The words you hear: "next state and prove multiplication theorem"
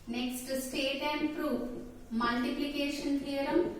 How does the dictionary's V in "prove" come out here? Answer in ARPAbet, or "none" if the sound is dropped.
P